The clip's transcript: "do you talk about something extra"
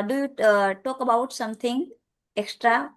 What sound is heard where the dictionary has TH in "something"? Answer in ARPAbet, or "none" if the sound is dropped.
T